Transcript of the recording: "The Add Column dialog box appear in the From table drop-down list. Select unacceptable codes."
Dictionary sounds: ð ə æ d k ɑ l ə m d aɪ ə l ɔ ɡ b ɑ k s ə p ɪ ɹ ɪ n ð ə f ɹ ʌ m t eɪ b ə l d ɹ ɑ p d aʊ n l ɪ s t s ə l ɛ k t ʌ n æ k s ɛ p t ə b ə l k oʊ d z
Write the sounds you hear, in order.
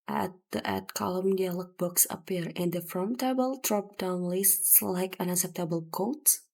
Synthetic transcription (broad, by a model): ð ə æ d k ɑ l ə m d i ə l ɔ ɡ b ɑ k s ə p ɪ ɹ ɪ n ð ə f ɹ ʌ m t eɪ b ə l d ɹ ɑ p d aʊ n l ɪ s t s l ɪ k ʌ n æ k s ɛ p t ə b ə l k oʊ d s